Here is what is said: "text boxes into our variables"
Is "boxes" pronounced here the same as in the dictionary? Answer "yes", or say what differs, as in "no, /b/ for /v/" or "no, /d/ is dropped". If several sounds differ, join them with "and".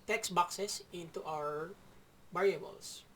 no, /s/ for /z/